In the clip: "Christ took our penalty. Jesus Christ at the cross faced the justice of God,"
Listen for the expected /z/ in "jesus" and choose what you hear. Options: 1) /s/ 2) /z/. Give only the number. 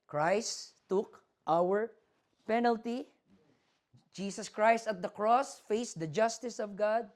1